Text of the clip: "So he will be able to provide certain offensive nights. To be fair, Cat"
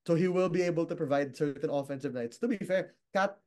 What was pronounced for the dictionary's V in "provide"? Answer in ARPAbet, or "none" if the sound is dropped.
V